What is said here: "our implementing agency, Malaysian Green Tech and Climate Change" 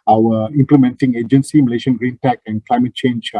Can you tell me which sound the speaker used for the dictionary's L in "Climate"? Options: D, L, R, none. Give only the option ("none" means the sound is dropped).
L